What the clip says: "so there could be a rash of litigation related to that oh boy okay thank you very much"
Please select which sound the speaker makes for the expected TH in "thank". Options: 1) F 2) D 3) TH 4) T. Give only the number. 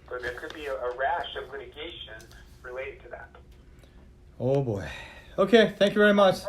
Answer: 3